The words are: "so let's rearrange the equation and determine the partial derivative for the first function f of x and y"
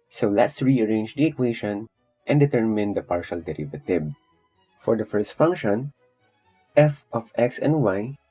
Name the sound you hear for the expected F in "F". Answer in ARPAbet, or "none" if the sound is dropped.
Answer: F